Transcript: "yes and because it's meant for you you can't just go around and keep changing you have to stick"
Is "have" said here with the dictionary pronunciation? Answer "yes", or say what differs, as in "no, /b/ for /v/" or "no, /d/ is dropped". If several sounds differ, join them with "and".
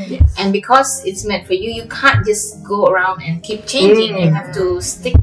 no, /f/ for /v/